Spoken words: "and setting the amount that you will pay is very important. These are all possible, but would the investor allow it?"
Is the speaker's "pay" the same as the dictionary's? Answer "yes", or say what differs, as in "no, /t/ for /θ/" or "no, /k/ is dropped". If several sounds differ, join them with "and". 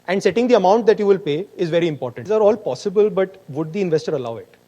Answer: yes